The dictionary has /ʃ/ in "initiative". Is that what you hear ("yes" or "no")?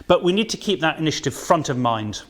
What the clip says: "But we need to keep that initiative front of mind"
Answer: yes